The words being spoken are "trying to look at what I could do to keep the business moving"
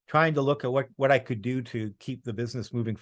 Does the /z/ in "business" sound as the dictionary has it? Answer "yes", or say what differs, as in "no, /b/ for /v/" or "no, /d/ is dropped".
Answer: yes